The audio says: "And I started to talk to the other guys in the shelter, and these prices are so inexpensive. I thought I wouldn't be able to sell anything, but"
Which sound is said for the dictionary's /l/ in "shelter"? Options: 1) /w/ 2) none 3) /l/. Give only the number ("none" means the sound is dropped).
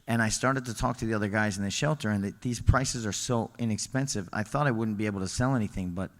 3